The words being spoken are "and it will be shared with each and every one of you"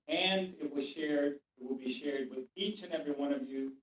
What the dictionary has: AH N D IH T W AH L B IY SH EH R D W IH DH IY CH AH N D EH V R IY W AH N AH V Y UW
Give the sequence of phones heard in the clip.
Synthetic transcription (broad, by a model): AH N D IH T W AH L B IY SH EH R D W IH DH IY CH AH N EH V R IY W AH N AH V Y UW